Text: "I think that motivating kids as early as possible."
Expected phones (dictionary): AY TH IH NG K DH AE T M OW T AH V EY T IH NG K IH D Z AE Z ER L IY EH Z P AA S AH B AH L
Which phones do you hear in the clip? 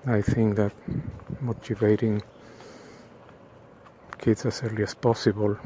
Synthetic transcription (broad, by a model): AY TH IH NG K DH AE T M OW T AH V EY T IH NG K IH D S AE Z ER L IY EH S P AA S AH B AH L